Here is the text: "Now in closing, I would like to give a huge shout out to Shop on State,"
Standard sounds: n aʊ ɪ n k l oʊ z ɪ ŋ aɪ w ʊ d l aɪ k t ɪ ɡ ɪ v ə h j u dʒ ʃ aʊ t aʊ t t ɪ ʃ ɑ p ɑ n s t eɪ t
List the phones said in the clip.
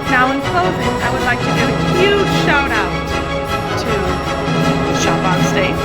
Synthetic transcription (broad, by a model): n aʊ ɪ n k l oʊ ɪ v aɪ w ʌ d l aɪ k t ɪ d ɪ ə h j u dʒ ʃ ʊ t aʊ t t ɪ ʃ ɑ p ɑ n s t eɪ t